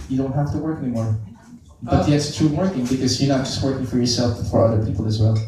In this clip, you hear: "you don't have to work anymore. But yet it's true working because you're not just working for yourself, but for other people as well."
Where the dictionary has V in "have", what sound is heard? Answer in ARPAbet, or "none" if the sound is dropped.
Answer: F